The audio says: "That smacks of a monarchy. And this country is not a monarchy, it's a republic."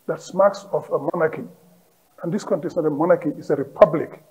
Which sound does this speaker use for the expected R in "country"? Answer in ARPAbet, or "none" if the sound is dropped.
none